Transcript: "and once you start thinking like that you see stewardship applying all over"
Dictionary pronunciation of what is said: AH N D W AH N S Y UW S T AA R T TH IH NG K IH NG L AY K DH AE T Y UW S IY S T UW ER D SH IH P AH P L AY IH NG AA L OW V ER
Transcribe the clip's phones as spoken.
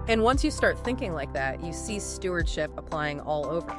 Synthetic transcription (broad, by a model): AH N W AH N S Y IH S T AA R T TH IH NG K IH NG L AY K DH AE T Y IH S IY S T UW ER D SH IH P AH P L AY IH NG AA L OW V ER